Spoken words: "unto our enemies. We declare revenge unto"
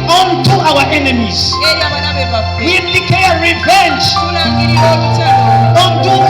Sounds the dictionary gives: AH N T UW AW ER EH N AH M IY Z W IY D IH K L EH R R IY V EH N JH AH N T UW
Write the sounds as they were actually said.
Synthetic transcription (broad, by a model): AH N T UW AW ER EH N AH M IY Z W IY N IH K EH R R IY V EH N JH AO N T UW